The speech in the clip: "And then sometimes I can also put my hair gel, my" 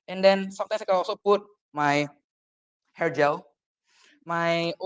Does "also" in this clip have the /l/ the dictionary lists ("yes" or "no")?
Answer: no